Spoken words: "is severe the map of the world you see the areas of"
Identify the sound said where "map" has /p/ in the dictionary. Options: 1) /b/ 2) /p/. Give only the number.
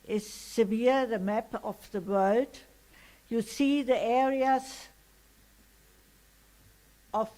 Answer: 2